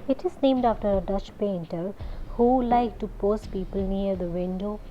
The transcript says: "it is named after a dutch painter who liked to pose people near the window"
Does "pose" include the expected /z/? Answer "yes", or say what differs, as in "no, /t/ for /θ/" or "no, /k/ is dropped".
no, /s/ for /z/